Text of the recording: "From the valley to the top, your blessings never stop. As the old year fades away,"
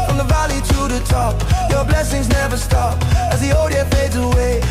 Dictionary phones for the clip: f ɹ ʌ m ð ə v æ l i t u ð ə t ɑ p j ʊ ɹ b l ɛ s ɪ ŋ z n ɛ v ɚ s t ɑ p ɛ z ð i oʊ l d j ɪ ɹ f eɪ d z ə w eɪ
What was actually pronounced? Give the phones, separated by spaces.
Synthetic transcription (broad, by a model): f ɹ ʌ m ð ə v æ l i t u ð ə t ɑ p j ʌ ɹ b l ɛ s ɪ ŋ z n ɛ v ɚ s t ɑ p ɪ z ð i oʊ d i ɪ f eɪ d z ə w eɪ